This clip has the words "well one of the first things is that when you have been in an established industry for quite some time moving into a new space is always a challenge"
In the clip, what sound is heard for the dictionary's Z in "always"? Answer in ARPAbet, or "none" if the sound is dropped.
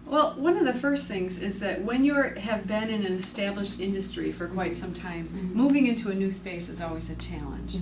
Z